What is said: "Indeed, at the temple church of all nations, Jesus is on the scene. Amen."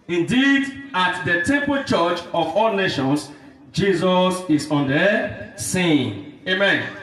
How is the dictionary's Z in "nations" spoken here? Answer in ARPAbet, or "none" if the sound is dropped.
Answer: S